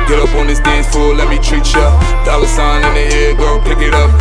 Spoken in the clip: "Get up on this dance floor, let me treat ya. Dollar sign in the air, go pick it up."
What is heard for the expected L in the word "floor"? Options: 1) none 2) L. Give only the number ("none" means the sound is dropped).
1